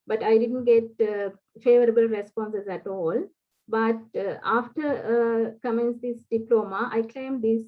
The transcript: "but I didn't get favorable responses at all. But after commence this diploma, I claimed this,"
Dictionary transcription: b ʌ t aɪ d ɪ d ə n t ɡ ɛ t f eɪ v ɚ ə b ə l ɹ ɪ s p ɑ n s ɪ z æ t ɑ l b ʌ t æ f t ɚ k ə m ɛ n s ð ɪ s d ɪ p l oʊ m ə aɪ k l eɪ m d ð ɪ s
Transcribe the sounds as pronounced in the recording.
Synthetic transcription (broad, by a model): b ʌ t aɪ d ɪ d ə n t ɡ ɛ t f eɪ v ɚ ə b ə l ɹ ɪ s p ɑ n s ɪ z æ t ɑ l b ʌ t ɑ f t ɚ k ə m ɛ n s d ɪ s d ɪ p l oʊ m ə aɪ k l eɪ m d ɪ s